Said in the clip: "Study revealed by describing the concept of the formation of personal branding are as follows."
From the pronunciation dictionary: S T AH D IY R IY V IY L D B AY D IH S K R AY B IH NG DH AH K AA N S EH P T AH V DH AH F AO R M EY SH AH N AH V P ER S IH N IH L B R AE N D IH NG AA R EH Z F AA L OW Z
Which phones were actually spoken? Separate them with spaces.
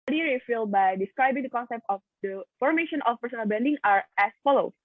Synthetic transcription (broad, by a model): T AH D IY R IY F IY L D B AY D IH S K R AY B IH NG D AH K AA N S EH P T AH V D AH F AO R M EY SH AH N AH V P ER S IH N IH L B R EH N D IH NG AA R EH S F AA L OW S